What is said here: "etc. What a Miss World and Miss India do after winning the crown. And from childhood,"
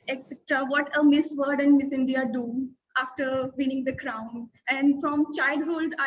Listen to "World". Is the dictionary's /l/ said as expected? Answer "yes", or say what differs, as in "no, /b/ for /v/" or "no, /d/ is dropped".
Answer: no, /l/ is dropped